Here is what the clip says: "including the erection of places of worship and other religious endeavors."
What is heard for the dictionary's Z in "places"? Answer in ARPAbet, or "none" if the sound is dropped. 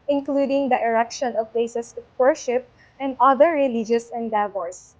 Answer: S